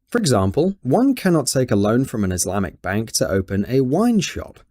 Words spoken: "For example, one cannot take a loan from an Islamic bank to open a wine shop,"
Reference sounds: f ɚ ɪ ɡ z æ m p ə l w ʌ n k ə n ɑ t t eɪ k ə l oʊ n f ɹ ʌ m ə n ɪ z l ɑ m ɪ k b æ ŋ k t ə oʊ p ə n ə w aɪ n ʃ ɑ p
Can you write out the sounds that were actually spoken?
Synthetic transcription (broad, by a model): f ɚ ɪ ɡ z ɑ m p ə l w ʌ n k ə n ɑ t t eɪ k ə l oʊ n f ɹ ʌ m ə n ɪ z l ɑ m ɪ k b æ ŋ k t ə oʊ p ə n ə w aɪ n ʃ ɑ p